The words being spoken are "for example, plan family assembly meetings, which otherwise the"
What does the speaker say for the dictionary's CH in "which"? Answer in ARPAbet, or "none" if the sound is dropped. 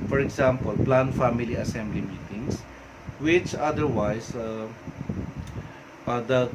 CH